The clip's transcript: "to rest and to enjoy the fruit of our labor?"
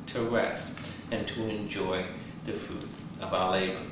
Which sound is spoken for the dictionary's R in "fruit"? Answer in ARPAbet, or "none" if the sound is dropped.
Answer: none